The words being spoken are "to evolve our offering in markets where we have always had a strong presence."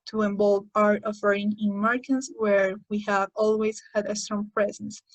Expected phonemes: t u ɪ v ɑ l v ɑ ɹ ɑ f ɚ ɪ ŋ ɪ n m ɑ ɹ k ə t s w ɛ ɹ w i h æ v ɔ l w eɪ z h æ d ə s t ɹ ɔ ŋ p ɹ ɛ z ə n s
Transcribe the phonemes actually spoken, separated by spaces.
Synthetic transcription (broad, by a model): t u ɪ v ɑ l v ɑ ɹ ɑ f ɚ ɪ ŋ ɪ n m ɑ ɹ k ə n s w ɛ ɹ w i h æ v ɔ l w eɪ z h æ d ə s t ɹ ɔ ŋ p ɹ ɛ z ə n s